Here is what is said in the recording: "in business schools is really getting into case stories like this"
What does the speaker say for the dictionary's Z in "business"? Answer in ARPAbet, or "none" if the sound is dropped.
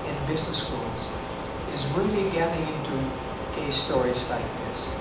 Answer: Z